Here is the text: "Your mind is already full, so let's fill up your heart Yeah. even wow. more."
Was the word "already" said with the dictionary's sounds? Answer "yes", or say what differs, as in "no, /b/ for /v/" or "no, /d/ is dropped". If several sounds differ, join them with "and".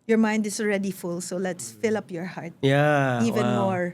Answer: yes